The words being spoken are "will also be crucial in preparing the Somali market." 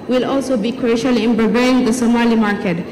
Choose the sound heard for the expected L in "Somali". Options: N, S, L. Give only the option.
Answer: L